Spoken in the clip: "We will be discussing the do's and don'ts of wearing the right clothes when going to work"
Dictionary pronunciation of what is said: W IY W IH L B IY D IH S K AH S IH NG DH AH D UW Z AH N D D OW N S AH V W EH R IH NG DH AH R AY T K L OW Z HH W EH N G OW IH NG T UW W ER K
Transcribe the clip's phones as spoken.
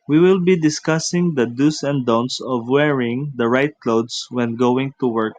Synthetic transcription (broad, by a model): W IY W IH L B IY D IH S K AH S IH NG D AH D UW S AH N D D OW N S AH V W EH R IH NG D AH R AY T K L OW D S W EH N G OW IH NG T UW W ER K